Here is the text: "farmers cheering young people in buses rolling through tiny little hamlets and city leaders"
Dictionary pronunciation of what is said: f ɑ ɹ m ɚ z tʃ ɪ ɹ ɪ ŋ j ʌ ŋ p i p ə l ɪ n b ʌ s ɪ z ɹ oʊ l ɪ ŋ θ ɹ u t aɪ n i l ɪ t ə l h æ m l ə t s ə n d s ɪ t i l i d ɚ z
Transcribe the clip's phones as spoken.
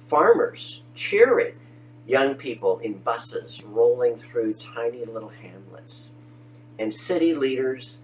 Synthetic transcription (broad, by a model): f ɑ ɹ m ɚ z tʃ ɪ ɹ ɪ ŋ j ʌ ŋ p i p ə l ɪ n b ʌ s ɪ z ɹ oʊ l ɪ ŋ θ ɹ u t aɪ n i l ɪ t l h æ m l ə t s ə n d s ɪ t i l i d ɚ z